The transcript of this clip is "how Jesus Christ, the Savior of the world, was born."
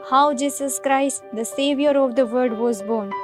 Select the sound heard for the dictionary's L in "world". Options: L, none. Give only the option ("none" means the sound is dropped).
none